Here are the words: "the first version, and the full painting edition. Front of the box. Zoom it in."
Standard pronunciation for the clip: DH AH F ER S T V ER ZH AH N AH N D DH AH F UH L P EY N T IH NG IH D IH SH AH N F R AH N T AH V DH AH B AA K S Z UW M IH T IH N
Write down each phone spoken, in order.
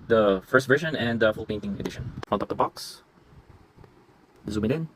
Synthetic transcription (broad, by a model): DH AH F ER S T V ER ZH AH N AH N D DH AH F UH L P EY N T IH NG IH D IH SH AH N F AH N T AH P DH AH B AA K S Z UW M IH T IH N